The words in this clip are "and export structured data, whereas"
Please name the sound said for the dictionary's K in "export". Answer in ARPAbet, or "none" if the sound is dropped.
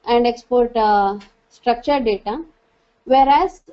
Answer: K